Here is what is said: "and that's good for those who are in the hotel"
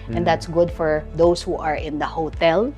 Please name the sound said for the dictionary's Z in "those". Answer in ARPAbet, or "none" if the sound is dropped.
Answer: S